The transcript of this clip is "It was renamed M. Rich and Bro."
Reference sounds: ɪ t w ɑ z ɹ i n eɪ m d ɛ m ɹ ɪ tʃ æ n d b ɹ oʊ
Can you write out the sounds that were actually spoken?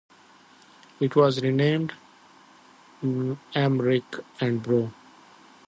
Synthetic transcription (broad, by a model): ɪ t w ɑ z ɹ i n eɪ m d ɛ m ɹ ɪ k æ n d b ɹ oʊ